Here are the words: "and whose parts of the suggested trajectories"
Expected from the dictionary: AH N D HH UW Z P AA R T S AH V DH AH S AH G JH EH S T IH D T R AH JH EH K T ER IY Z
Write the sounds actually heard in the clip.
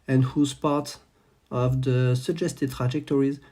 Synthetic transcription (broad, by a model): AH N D HH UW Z P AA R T AH V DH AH S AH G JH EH S T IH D T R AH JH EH K T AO IY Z